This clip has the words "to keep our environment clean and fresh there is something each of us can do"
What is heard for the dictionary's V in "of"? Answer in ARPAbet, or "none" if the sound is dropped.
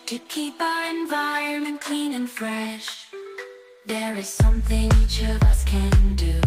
V